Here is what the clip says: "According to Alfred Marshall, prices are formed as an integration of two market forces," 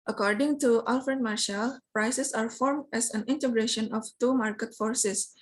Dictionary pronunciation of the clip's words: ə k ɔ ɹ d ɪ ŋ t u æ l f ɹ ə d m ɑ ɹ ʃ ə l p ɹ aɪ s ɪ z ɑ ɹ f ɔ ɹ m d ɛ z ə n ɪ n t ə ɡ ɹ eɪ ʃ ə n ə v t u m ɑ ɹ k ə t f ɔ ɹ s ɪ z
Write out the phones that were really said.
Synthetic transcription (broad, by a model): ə k ɔ ɹ d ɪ ŋ t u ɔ l f ɹ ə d m ɑ ɹ ʃ ə l p ɹ aɪ s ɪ s ɑ ɹ f ɔ ɹ m d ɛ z ə n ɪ n t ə ɡ ɹ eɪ ʃ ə n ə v t u m ɑ ɹ k ə t f ɔ ɹ s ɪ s